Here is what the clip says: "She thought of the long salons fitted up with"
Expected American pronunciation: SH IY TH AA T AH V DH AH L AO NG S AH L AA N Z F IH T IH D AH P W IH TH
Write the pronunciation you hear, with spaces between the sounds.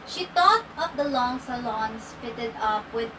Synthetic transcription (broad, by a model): SH IY T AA T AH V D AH L AO NG S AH L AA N S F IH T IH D AH P W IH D